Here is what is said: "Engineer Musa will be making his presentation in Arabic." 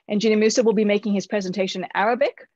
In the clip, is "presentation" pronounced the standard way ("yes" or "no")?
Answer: no